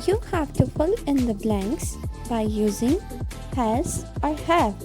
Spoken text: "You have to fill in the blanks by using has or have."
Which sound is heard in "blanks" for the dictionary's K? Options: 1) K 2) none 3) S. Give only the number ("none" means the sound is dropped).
1